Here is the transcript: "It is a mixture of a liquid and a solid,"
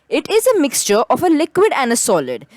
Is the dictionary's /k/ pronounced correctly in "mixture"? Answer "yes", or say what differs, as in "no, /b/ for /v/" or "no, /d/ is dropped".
yes